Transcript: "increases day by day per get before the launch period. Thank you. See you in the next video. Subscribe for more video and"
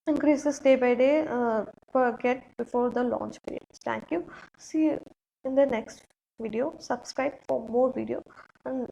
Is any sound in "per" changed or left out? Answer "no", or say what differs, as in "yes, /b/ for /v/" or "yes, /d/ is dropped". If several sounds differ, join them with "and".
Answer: yes, /f/ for /p/